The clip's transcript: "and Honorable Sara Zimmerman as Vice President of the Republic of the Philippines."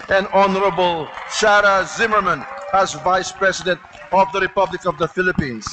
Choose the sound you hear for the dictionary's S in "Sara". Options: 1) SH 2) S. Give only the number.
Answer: 1